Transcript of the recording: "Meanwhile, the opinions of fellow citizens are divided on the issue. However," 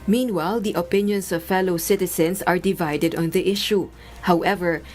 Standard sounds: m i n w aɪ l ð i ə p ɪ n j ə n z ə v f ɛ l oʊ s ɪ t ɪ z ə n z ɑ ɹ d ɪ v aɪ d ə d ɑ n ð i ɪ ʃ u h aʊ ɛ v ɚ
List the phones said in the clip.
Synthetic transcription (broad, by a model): m i n w aɪ l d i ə p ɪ n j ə n s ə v f ɛ l oʊ s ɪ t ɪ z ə n s ɑ ɹ d ɪ v aɪ d ə d ɑ n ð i ɪ ʃ u h aʊ ɛ v ɚ